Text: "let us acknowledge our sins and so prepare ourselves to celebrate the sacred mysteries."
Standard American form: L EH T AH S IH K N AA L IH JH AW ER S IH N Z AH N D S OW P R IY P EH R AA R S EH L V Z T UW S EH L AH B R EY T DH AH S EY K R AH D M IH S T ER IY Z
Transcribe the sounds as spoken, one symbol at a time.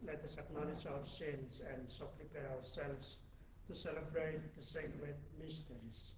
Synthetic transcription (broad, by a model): L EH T AH S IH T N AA N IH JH AW ER S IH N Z AH N D S OW P R IY P EH R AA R S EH L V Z T UW S EH L AH B R EY T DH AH S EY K W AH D M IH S T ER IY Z